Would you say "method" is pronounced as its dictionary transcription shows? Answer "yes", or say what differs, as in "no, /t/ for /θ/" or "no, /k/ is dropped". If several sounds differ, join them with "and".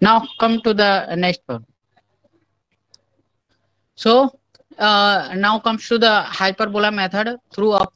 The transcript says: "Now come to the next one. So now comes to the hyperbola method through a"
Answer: no, /t/ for /θ/